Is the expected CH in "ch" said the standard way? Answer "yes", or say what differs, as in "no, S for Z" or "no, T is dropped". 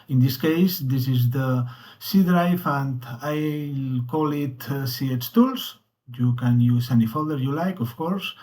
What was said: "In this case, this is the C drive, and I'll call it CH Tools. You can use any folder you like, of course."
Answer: no, S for CH